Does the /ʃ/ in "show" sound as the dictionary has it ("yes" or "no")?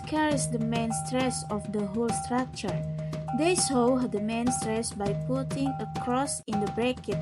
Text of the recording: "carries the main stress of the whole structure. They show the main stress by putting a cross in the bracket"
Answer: no